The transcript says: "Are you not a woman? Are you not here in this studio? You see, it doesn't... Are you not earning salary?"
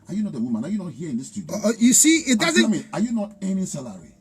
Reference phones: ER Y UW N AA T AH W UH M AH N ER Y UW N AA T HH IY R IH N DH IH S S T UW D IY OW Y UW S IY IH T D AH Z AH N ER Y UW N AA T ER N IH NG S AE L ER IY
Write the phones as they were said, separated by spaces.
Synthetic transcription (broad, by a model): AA Y UW N AA T AH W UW M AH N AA Y UW N AA T HH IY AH IH N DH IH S S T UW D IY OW Y UW S IY IH T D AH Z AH AA Y UW N AA T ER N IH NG S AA L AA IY